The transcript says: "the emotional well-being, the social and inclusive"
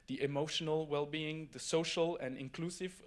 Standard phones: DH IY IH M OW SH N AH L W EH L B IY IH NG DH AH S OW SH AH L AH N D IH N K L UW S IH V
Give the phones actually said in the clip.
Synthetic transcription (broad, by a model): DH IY IH M OW SH N AH L W EH L B IY IH NG DH AH S OW SH AH L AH N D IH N K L UW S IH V